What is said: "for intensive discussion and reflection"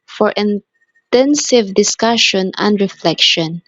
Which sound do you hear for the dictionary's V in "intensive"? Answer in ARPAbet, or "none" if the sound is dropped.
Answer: V